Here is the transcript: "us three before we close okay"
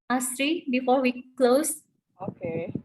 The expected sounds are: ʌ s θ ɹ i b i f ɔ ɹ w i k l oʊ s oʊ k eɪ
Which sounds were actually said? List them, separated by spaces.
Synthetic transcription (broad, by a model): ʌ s t ɹ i b i f ɔ ɹ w i k l oʊ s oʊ k eɪ